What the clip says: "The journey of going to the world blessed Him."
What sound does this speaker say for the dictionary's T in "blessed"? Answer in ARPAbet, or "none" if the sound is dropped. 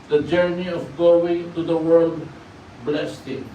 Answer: T